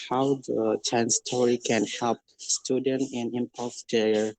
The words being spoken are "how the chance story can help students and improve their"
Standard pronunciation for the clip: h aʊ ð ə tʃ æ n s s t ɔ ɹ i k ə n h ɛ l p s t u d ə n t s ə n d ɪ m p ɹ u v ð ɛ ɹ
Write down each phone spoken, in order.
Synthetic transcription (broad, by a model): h aʊ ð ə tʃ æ n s s t ɔ ɹ i k ə n h ɛ l p s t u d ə n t ə n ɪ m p ɔ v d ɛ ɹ